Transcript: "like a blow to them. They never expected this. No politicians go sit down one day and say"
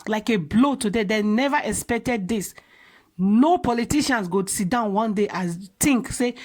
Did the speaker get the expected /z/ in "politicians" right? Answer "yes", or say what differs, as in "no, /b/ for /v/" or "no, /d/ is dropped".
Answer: no, /s/ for /z/